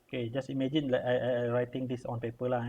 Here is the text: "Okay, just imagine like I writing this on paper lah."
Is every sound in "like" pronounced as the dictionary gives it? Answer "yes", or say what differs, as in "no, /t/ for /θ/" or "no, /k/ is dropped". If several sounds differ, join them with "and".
no, /k/ is dropped